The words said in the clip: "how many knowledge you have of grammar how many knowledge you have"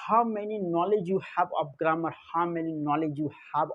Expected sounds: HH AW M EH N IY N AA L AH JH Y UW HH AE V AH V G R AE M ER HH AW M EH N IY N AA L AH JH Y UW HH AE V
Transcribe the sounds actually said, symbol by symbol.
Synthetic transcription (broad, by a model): HH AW M EH N IY N AA L AH JH Y UW HH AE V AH P G R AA M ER HH AW M EH N IY N AA L AH JH Y UW HH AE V